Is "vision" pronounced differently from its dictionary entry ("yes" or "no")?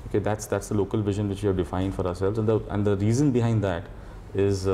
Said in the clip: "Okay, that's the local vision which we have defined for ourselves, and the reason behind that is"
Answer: no